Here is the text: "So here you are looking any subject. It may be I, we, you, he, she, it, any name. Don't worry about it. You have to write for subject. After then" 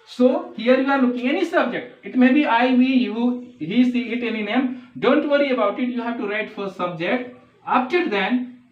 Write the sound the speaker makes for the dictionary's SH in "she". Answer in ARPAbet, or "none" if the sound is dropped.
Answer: S